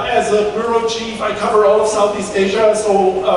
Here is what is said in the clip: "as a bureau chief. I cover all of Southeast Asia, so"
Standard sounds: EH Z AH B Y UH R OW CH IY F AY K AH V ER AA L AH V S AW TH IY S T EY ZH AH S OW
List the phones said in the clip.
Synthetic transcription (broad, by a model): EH Z AH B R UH R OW CH IY F AY K AH V ER AA L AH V S AW TH IY S T EY ZH AH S OW